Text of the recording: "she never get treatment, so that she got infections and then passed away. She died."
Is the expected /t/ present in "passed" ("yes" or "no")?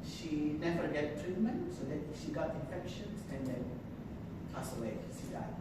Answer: no